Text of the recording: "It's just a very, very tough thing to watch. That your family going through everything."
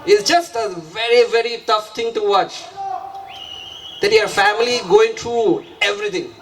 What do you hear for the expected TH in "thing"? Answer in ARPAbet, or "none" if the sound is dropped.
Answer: T